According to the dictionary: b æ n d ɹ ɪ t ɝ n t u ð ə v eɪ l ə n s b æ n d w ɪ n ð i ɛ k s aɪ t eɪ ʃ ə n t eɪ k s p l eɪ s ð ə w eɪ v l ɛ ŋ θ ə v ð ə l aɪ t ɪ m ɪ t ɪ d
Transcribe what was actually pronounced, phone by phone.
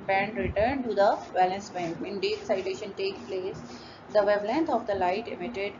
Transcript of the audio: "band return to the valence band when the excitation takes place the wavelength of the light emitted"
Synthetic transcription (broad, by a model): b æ n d ɹ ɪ t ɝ n t u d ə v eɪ l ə n s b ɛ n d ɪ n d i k s aɪ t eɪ ʃ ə n t eɪ k p l eɪ s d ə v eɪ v l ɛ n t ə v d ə l aɪ t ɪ m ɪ t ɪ d